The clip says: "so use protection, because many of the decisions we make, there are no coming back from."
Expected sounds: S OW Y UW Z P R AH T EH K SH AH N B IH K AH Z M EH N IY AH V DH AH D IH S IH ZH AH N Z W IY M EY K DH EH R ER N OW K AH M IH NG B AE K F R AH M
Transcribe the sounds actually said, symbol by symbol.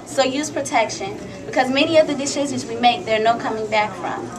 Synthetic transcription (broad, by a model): S OW Y UW Z P R AH T EH K SH AH N B IH K AH Z M EH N IY AH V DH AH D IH SH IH Z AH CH W IY M EY K DH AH R N OW K AH M IH NG B AE K F R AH M